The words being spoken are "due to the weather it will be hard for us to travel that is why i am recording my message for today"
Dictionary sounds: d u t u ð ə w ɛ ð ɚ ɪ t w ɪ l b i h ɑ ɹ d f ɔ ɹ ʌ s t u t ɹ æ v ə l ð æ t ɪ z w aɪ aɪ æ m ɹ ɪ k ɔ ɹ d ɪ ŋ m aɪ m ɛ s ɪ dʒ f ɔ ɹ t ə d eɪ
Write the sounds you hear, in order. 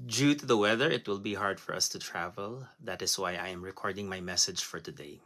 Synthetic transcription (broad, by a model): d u t u ð ə w ɛ ð ɚ ɪ t w ɪ l b i h ɑ ɹ d f ɔ ɹ ʌ s t u t ɹ æ v ə l ð æ t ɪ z w aɪ aɪ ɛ m ɹ ɪ k ɔ ɹ d ɪ ŋ m aɪ m ɛ s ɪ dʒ f ɔ ɹ t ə d eɪ